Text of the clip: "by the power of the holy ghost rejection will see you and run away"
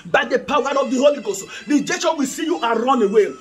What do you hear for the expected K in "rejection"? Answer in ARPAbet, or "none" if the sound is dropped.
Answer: none